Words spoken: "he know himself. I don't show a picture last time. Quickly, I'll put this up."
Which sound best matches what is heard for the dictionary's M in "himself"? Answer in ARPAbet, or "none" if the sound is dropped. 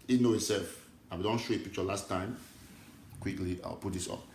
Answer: none